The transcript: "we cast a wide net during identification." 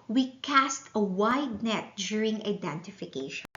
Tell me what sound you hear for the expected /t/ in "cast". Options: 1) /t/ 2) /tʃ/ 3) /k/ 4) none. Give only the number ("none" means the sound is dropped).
1